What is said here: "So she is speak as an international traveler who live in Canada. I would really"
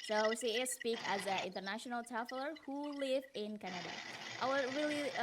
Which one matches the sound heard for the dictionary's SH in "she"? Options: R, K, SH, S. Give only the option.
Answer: S